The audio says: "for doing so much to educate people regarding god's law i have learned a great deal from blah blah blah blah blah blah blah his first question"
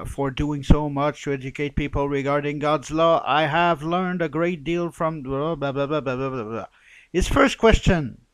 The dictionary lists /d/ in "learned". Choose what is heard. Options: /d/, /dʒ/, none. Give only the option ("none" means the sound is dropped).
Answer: /d/